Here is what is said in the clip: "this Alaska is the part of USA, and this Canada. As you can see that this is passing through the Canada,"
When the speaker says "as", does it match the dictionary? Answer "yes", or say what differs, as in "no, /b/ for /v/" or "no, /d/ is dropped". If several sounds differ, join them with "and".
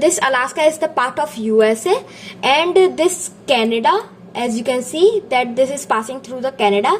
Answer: yes